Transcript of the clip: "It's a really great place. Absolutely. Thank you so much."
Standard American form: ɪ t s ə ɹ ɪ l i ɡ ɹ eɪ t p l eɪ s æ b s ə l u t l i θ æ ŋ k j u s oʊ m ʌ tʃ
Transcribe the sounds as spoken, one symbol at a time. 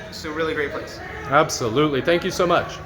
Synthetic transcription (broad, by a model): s ə ɹ ɪ l i ɡ ɹ eɪ t p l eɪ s æ b s ə l u t l i θ æ ŋ k j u s oʊ m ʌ tʃ